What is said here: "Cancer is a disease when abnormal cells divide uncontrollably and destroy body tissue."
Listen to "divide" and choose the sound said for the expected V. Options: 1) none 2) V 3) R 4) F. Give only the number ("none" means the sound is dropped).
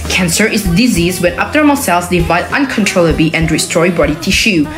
2